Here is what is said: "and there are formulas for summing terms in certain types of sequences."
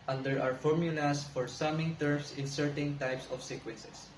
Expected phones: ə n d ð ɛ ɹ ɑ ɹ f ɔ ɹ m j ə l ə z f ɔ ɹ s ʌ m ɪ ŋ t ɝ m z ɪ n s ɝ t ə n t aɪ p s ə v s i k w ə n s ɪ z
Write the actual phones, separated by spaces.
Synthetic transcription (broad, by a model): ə n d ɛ ɹ ɑ ɹ f ɔ ɹ m j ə l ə s f ɔ ɹ s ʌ m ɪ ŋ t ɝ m s ɪ n s ɝ t ə n t aɪ p s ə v s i k w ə n s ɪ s